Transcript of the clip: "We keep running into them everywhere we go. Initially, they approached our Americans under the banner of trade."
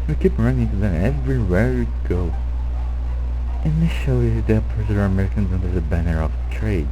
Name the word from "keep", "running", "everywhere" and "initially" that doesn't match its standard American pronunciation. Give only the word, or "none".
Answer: initially